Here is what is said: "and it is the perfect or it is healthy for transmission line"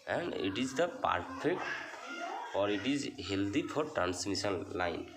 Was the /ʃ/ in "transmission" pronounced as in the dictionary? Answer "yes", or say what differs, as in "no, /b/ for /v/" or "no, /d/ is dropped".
no, /s/ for /ʃ/